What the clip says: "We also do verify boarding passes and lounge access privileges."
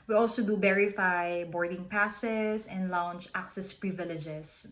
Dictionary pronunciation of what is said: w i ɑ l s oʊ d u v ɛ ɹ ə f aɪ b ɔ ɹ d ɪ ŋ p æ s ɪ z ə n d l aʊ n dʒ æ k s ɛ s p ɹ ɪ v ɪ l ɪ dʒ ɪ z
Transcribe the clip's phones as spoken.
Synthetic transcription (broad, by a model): w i ɑ l s oʊ d u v ɛ ɹ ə f aɪ b ɔ ɹ d ɪ ŋ p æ s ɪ s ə n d l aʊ n tʃ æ k s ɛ s p ɹ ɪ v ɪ l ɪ dʒ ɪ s